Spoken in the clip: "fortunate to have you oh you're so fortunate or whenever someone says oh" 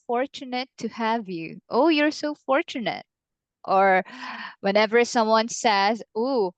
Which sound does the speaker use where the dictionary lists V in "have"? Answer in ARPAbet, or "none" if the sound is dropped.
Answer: V